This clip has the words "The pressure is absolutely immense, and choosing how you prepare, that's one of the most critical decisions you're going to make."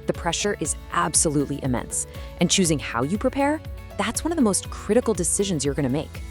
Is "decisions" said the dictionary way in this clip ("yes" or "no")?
yes